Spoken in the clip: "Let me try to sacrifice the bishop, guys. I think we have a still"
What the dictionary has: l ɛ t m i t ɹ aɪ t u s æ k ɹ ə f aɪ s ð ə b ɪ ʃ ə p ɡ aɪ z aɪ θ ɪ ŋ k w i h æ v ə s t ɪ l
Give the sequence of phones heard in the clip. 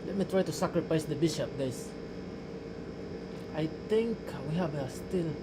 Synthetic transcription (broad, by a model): l ɛ t m i t ɹ aɪ t u s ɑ k ɹ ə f aɪ s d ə b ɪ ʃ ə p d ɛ s aɪ t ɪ ŋ k w i h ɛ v ə s t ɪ l